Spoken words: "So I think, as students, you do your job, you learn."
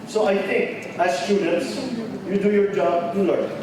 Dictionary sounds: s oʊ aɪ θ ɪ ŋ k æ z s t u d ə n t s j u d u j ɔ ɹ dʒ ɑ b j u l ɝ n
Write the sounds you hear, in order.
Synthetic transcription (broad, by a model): s oʊ aɪ t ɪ ŋ k æ z s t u d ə n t s j u d u j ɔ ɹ dʒ ɑ b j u l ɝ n